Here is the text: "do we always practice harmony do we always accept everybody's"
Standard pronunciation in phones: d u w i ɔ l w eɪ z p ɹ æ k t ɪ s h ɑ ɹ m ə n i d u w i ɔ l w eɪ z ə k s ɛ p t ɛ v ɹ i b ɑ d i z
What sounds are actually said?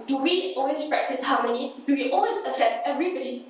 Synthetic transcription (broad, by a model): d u w i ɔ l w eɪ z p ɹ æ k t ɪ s h ɑ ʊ m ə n i d u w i ɔ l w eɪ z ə s ɛ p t ɛ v ɹ i b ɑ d i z